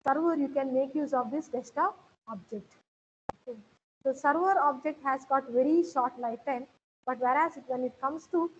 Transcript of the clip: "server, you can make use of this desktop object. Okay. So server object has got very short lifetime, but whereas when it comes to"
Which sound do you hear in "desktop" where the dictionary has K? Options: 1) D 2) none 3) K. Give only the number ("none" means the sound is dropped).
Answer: 2